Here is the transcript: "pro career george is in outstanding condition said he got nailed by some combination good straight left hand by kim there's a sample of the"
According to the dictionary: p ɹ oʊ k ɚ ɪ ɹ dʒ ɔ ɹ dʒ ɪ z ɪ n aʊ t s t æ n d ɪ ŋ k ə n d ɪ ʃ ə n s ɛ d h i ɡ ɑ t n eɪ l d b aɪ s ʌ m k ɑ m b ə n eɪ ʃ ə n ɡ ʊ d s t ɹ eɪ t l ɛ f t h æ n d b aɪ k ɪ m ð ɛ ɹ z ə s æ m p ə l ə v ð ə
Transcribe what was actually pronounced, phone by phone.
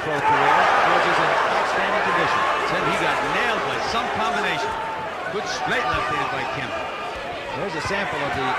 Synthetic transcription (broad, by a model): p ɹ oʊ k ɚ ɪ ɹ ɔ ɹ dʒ ɪ z ɪ n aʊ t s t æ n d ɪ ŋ k ə n d ɪ ʃ ə n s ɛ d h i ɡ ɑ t n eɪ l d b aɪ s ʌ m k ɑ m b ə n eɪ ʃ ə n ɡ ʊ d s t ɹ eɪ t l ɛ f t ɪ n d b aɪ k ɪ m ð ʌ w z ə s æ m p l ə v ð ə